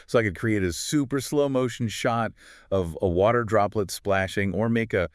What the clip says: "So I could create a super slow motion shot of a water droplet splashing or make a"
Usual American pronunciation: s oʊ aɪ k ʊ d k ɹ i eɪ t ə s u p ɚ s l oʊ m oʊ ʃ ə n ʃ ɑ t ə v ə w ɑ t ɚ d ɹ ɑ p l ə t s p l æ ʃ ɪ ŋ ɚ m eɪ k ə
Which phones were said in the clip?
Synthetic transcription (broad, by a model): s oʊ aɪ k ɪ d k ɹ i eɪ t ə s u p ɚ s l oʊ m oʊ ʃ n ʃ ɑ t ə v ə w ɑ t ɚ d ɹ ɑ p l ə t s p l æ ʃ ɪ ŋ ɚ m eɪ k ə